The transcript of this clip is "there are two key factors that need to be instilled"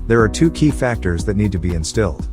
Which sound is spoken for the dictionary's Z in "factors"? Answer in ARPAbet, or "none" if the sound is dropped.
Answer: Z